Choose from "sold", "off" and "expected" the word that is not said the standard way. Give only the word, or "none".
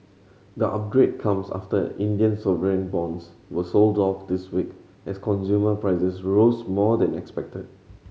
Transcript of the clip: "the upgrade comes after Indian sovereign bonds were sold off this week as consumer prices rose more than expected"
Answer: none